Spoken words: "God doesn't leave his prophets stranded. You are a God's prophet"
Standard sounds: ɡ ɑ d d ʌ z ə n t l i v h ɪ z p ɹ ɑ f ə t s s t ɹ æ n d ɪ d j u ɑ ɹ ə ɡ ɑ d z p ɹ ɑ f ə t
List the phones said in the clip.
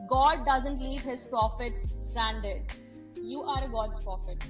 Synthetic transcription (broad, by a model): ɡ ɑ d d ʌ z ə n t l i v h ɪ z p ɹ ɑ f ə t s s t ɹ æ n d ɪ d j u ɑ ɹ ə ɡ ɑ d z p ɹ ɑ f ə t